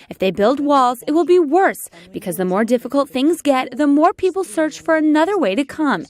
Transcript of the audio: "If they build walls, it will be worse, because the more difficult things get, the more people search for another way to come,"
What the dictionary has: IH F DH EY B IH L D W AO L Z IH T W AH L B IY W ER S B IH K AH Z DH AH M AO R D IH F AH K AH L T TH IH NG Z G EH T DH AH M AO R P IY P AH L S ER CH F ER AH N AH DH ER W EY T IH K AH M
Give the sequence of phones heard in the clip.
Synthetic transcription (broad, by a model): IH F DH EY B IH L D W AO L Z IH T W AH L B IY W ER S B IH K AH Z DH AH M AO R D IH F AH K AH L T TH IH NG Z G EH T DH AH M AO R P IY P L S ER CH F ER AH N AH DH ER W EY T IH K AH M